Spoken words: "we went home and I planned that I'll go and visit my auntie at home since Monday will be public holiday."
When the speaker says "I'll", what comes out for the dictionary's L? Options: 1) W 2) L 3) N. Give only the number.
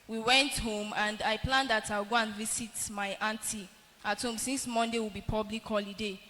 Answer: 1